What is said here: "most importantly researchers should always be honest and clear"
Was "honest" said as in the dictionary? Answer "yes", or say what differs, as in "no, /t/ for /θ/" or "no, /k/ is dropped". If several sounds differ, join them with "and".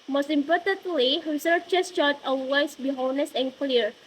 no, /t/ is dropped